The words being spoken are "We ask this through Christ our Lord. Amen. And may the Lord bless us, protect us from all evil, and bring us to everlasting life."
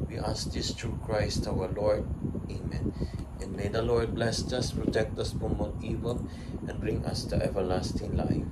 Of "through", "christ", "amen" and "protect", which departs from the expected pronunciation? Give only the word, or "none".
through